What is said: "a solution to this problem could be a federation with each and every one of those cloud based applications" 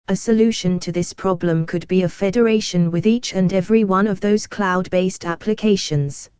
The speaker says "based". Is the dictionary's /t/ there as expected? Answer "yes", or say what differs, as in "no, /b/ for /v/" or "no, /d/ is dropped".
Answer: yes